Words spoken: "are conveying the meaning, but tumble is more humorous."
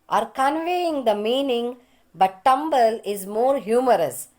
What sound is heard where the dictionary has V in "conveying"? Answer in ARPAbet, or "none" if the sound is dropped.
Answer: V